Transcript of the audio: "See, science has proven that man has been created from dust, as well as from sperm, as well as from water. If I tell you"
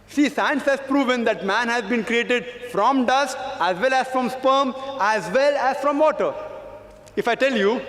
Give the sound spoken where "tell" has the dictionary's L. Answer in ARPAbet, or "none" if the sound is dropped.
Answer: L